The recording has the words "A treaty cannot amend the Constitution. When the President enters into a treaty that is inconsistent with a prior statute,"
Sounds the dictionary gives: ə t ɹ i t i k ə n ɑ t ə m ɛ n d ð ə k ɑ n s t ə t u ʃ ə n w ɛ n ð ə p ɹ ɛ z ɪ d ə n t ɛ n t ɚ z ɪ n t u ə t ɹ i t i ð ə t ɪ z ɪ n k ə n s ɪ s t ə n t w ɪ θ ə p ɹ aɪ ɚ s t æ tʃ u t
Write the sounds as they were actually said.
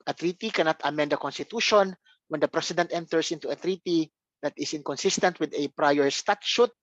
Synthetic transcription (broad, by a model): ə t ɹ i t i k ə n ɑ t ə m ɛ n d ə k ɑ n s t ə t u ʃ ə n w ɛ n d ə p ɹ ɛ s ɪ d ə n t ɛ n t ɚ s ɪ n t u ə t ɹ i t i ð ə t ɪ s ɪ n k ə n s ɪ s t ə n t w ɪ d ə p ɹ aɪ ɚ s t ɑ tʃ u t